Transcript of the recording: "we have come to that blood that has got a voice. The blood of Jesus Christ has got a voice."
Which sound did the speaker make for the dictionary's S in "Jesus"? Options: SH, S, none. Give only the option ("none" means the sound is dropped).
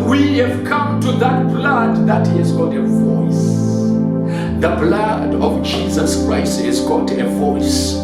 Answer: S